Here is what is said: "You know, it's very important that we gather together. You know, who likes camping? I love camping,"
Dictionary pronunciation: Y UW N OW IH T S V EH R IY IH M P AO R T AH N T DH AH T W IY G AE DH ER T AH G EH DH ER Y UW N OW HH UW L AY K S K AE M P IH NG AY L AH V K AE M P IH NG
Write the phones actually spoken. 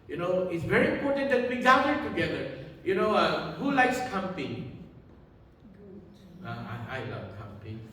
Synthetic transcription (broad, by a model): Y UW N OW IH T S V EH R IY IH M P AO R T AH N T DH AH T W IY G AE ER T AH G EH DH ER Y UW N OW HH UW L AY K S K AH M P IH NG AY L AH V K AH M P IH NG